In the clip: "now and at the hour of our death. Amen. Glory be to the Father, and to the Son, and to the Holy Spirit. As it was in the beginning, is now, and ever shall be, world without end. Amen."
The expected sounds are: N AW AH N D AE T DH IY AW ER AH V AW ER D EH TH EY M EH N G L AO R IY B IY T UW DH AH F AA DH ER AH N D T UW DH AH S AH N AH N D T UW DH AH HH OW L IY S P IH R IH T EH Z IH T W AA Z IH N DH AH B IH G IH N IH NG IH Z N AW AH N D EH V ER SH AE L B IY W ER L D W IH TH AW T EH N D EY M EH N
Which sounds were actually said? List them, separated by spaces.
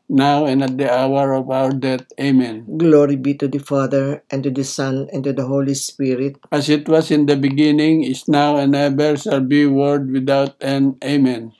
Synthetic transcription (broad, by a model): N AW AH N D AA T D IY AW ER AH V AW ER D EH T EY M EH N G L AO R IY B IY T UW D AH F AA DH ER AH N T UW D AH S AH N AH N T UW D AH HH OW L IY S P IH R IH T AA S IH T W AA S IH N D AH B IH G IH N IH NG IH S N AW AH N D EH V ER S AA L B IY W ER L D W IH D AW T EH N EY M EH N